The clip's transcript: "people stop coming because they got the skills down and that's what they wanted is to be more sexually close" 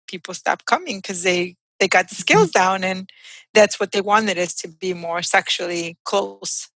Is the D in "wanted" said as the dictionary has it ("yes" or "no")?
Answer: yes